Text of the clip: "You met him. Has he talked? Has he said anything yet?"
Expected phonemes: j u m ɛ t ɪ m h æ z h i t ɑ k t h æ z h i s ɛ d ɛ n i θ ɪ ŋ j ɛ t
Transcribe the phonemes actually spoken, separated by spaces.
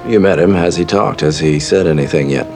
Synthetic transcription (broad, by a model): j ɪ m ɛ t ɪ m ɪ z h i t ɑ k t h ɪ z i s ɛ d ɛ n i θ ɪ ŋ j ɛ t